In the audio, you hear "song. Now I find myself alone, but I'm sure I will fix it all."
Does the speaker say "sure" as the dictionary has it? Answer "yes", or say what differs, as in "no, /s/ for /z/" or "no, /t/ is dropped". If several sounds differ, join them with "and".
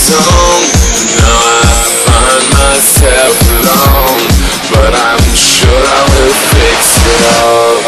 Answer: yes